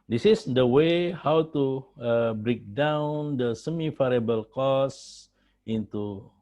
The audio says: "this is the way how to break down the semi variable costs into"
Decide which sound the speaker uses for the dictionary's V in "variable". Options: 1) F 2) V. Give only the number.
1